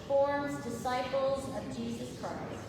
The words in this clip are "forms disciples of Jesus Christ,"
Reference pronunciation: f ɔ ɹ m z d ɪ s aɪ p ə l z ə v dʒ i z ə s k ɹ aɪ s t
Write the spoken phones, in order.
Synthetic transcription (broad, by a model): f ɔ ɹ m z d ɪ s aɪ p l z ə v dʒ i z ə s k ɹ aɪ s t